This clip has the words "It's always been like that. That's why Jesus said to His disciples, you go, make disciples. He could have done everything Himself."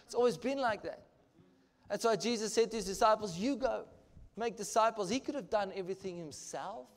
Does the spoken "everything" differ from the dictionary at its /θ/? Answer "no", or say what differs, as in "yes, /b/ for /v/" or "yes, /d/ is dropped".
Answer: no